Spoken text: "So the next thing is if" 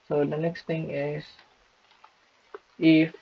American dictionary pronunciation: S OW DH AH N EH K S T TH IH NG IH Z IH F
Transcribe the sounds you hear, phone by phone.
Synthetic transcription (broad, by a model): S OW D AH N EH K S T T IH NG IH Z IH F